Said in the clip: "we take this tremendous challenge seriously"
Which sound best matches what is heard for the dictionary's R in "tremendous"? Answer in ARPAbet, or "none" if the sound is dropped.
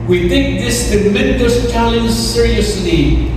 none